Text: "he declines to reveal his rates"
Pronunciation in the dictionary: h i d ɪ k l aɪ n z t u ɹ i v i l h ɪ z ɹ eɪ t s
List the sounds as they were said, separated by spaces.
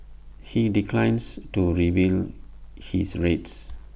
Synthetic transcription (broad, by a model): h i d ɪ k l aɪ n s t u ɹ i b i l h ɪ s ɹ eɪ t s